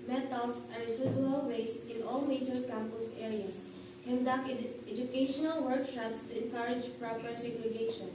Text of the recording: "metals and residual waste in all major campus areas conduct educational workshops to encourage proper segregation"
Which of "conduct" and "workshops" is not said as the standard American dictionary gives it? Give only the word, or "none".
conduct